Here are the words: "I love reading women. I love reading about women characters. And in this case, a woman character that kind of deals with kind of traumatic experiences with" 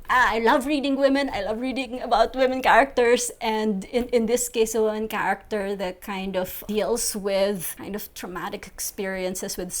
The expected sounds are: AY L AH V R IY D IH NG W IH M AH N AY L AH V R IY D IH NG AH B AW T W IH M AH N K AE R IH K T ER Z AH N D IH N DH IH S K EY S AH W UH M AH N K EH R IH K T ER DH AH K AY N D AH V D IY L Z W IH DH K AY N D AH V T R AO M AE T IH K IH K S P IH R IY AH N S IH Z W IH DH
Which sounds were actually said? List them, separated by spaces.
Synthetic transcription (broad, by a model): AY L AH V R IY D IH NG W IH M AH N AY L AH V R IY D IH NG AH B AW T W IH M AH N K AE R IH K T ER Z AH N D IH N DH IH S K EY S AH W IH M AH N K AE R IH K T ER DH AH K AY N D AH V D IY L S W IH DH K AY N D AH V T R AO M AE T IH K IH K S P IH R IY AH N S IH S W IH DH